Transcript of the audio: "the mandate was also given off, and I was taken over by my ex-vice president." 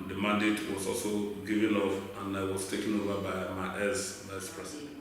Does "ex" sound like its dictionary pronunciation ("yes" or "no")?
no